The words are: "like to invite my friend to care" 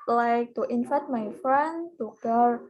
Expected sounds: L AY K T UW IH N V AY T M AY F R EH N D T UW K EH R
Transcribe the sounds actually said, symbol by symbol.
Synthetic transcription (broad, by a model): L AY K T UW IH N F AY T M AY F R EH N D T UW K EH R